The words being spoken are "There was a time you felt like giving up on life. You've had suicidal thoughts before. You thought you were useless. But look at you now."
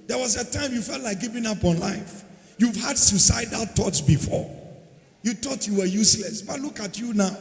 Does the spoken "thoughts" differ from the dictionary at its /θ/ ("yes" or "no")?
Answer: yes